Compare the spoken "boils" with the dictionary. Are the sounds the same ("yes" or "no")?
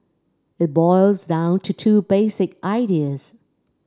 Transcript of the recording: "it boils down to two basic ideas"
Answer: yes